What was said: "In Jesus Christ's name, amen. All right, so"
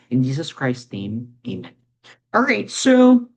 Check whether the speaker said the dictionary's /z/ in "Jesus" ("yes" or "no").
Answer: yes